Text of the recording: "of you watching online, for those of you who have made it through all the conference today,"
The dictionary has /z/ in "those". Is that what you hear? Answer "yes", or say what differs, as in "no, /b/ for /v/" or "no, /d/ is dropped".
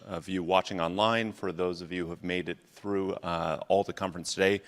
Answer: yes